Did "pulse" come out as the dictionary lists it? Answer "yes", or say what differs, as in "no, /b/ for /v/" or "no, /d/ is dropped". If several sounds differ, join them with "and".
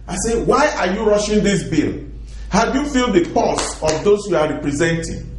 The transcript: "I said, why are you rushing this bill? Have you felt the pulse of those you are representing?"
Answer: no, /l/ is dropped